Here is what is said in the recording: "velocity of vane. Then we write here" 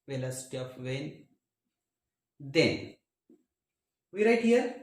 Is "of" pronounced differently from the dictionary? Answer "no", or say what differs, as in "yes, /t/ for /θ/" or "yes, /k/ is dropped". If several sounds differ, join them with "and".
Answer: yes, /p/ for /v/